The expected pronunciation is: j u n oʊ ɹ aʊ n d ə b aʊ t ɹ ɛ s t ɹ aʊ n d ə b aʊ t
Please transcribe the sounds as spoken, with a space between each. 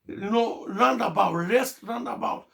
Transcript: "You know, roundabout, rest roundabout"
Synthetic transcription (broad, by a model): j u n oʊ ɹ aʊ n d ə b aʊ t l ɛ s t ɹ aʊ n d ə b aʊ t